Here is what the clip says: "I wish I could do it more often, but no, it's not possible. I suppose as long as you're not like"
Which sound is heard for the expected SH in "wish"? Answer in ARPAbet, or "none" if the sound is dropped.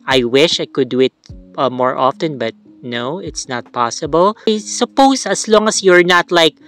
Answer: SH